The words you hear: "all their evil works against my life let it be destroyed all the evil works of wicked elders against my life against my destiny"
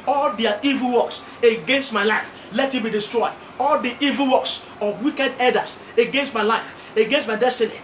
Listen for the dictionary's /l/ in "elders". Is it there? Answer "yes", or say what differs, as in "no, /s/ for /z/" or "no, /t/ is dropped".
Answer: no, /l/ is dropped